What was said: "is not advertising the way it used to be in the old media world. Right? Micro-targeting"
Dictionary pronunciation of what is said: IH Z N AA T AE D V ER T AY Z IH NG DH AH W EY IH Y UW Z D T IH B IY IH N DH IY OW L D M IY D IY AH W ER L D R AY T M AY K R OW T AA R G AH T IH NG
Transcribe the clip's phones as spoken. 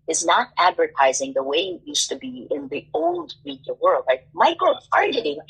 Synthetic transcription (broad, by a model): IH Z N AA T AE D V ER T AY Z IH NG DH AH W EY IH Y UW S T IH B IY IH N DH IY OW L D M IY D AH W ER L D R AY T M AY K OW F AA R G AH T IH